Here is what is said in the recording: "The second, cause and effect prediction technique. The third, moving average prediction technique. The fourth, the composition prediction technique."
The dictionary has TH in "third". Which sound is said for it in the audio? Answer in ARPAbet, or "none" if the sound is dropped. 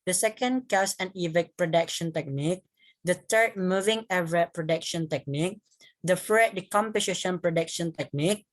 T